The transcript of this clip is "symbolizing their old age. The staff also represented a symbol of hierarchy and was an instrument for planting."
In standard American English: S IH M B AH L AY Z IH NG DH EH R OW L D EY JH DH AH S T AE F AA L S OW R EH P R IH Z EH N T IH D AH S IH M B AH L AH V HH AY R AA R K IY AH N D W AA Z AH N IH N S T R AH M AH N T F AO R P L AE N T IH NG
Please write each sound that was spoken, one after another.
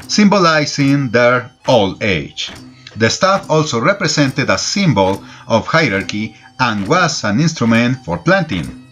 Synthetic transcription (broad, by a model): S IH M B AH L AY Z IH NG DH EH R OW L EY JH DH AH S T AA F AA L S OW R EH P R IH S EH N T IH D AH S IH M B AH L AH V HH AY R AA R K IY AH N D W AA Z AH N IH N S T R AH M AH N T F AO R P L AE N T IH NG